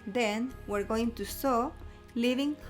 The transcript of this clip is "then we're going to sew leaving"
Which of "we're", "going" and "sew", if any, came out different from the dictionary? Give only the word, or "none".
none